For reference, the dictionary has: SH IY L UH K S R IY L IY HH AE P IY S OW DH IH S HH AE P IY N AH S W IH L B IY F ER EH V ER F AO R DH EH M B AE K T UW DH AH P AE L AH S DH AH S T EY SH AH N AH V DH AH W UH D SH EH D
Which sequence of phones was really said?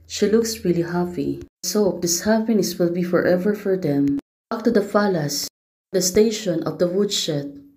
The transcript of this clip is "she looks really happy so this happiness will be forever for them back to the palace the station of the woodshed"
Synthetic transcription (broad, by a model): SH IY L UH K S R IY L IY HH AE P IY S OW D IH S HH AE P IY N AH S W IH L B IY F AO EH V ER F AO R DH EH M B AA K T UW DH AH F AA L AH S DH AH S T EY SH AH N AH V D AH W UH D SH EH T